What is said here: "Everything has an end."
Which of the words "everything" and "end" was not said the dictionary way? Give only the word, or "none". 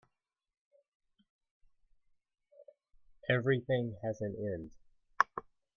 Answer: none